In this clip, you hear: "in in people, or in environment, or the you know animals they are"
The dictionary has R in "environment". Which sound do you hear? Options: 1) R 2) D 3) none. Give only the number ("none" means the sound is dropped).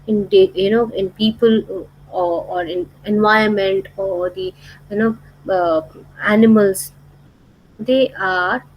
3